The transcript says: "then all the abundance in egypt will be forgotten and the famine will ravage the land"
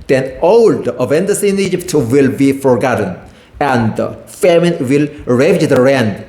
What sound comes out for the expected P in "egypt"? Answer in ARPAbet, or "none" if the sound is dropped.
P